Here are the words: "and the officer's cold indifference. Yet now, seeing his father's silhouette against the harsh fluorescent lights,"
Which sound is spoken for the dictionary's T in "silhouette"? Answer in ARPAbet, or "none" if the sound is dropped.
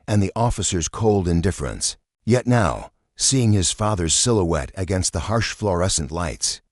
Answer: T